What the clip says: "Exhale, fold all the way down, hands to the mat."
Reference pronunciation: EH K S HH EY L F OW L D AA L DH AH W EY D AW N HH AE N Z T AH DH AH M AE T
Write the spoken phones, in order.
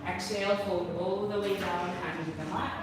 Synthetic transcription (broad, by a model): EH K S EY L P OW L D AA L DH AH W EY D AW N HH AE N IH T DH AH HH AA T